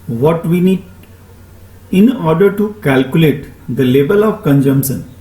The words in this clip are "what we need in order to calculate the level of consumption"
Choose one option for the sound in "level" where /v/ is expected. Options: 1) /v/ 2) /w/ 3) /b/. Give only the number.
3